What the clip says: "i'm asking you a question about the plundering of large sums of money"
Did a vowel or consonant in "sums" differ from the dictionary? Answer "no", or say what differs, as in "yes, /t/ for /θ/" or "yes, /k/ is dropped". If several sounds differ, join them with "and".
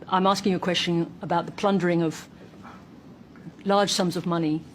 no